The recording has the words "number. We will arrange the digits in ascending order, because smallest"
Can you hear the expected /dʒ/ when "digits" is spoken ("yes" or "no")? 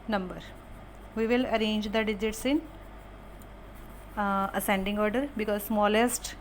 yes